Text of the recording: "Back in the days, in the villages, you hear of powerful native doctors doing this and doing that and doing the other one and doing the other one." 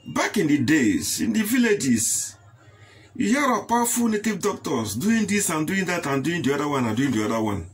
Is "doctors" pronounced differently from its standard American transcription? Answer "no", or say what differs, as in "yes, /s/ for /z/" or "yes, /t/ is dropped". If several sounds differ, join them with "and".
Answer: yes, /s/ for /z/